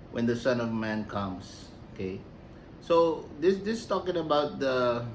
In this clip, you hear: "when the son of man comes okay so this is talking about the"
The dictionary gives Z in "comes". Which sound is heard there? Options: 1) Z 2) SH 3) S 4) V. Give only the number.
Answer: 3